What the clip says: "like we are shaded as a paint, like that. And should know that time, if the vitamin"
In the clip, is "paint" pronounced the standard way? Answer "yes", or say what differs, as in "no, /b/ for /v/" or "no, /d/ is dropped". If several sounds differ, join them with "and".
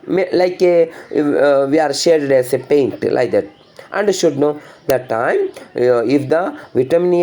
yes